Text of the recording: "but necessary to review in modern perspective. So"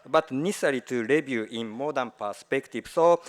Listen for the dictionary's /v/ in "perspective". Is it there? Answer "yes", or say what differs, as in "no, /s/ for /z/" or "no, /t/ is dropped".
no, /b/ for /v/